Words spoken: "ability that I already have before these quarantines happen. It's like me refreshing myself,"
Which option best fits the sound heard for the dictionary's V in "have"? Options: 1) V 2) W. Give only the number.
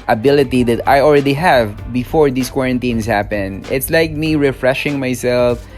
1